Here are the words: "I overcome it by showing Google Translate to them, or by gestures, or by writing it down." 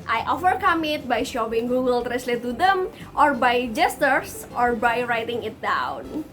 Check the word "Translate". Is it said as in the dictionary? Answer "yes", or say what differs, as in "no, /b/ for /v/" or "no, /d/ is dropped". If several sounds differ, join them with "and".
no, /n/ is dropped